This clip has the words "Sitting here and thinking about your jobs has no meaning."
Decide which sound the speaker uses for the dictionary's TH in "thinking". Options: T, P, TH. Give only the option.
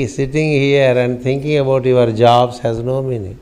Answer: T